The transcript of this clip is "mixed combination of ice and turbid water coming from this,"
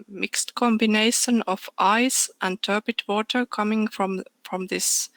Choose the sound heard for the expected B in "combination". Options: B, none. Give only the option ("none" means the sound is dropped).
B